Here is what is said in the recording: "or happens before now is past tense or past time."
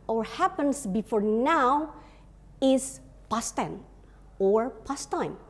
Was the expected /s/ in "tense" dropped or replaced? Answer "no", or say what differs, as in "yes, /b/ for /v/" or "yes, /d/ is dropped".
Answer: yes, /s/ is dropped